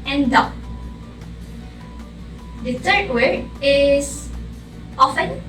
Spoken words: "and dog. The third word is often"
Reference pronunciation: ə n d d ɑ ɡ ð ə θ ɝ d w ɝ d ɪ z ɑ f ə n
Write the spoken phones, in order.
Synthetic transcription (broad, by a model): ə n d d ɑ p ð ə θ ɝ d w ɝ ɪ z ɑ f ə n